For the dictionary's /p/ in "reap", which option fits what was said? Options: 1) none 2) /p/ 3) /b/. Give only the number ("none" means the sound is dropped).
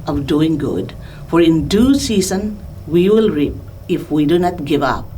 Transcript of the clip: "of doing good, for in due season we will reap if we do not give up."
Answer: 2